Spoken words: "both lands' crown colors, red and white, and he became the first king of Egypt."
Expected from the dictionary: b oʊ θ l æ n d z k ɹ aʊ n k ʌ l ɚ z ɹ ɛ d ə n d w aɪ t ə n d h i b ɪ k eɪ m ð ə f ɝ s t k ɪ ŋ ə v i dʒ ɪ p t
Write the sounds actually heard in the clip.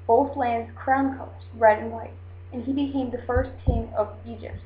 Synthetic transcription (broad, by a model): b oʊ θ l æ n d z k ɹ aʊ n k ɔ ʊ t ɹ ɛ d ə n w aɪ t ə n i b ɪ k eɪ m ð ə f ɝ s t k ɪ ŋ ə v i dʒ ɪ p t